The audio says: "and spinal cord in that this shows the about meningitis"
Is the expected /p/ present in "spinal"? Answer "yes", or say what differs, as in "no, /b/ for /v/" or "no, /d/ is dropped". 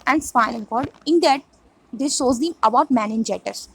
no, /f/ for /p/